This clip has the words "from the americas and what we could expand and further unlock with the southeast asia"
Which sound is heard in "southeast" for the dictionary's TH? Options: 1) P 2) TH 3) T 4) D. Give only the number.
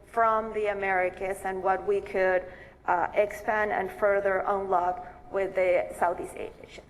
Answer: 2